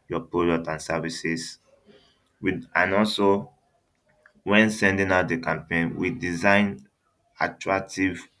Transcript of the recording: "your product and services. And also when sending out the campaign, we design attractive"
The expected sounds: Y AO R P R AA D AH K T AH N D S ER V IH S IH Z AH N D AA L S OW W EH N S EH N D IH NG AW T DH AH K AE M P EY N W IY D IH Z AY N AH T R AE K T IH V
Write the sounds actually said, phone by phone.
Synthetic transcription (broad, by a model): Y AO P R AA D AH T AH N S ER V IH S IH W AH N AA L S OW W EH N S EH N D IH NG AW T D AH K AE M P EY N W IY D IH Z AY N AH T R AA K T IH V